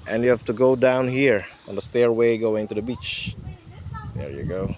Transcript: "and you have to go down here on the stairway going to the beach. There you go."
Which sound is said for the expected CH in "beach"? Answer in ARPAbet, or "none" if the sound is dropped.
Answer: CH